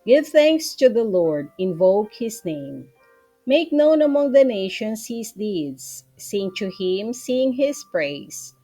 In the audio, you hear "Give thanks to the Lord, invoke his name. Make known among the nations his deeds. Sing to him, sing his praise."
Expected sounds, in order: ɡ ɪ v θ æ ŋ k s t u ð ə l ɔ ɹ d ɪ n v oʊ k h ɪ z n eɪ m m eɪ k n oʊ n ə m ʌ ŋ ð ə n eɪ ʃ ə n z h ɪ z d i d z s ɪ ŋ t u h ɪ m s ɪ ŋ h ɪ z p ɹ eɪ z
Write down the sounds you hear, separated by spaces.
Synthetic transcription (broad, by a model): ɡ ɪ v θ æ ŋ k s t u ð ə l ɔ ɹ d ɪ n v oʊ k h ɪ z n eɪ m m eɪ k n oʊ n ə m ʌ ŋ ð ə n eɪ ʃ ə n s h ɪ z d i d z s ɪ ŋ t u h ɪ m s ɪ ŋ h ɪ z p ɹ eɪ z